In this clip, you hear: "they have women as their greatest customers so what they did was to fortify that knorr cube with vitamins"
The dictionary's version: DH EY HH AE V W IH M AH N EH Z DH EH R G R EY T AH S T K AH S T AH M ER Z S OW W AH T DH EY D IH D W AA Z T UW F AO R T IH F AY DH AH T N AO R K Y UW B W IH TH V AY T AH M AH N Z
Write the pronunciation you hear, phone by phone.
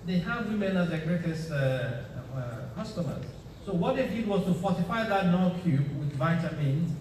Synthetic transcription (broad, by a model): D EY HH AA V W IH M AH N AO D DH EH G R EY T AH S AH K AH S T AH M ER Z S OW W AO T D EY D IH D W AA S T UW F AO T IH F AY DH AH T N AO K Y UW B W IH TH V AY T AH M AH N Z